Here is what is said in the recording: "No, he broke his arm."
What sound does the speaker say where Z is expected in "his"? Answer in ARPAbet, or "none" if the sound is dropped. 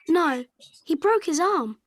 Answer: Z